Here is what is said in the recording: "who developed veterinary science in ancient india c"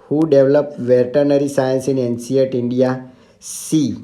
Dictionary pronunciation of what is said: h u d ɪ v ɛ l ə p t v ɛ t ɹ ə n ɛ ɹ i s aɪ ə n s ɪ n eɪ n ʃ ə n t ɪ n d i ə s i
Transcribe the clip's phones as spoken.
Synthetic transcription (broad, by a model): h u d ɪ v l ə p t v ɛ t ɹ n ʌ ɹ i s aɪ ə n s ɪ n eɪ n s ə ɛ t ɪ n d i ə s i